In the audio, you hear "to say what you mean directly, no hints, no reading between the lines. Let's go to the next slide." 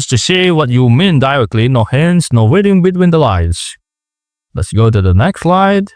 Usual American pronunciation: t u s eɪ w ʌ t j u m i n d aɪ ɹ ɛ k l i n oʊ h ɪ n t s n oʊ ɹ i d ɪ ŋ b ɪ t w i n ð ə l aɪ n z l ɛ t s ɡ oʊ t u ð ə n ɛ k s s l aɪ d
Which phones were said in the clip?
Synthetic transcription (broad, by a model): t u s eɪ w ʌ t j u m i n d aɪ ɹ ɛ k l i n oʊ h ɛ n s n oʊ w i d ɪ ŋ b ɪ t w i n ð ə l aɪ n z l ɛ t s ɡ oʊ t u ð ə n ɛ k s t l aɪ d